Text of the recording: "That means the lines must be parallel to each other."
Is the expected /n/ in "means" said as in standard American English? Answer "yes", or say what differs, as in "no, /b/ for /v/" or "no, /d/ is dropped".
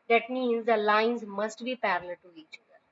yes